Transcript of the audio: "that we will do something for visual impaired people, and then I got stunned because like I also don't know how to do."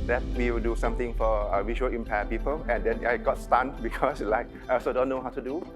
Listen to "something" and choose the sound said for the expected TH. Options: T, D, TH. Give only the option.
T